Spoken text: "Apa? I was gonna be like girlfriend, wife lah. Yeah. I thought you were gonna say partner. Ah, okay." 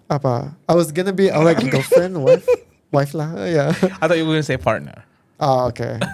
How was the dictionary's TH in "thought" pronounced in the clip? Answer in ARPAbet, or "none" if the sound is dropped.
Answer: T